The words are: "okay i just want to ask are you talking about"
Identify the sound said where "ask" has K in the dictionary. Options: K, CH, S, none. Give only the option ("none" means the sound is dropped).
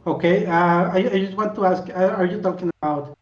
K